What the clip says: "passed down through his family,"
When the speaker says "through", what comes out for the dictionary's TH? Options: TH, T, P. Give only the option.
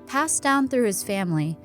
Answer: TH